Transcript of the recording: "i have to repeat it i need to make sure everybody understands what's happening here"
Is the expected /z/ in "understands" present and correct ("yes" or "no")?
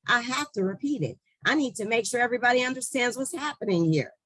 yes